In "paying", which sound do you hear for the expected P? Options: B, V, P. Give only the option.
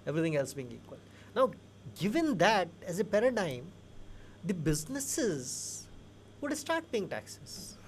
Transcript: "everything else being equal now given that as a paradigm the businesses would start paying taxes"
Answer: B